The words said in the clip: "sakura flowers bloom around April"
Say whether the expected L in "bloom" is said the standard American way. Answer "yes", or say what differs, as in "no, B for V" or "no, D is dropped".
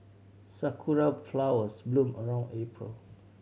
yes